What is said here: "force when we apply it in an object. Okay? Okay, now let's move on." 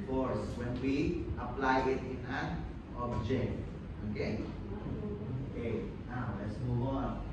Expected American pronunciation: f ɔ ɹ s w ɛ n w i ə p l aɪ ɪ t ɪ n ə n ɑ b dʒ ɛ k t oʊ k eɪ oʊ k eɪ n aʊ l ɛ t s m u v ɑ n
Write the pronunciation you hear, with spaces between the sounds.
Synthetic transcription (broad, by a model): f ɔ ɹ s w ɛ n w i ə p l aɪ ɪ t ɪ n ə n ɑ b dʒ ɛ k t oʊ k eɪ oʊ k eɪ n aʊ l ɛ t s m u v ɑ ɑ